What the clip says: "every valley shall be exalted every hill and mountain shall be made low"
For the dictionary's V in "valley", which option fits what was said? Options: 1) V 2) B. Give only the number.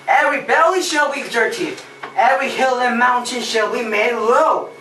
2